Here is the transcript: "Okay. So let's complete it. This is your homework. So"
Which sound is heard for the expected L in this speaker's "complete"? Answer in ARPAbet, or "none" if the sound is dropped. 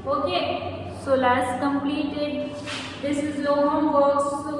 L